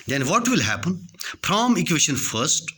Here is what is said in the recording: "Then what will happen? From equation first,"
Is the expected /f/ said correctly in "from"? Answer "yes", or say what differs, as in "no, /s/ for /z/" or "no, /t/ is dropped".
no, /p/ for /f/